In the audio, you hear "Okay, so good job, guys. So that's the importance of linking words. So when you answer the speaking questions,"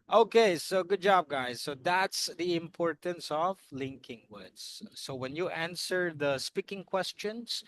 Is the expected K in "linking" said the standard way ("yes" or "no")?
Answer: yes